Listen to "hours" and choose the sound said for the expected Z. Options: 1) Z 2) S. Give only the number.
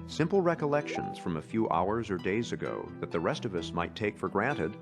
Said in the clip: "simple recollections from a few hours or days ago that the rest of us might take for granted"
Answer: 1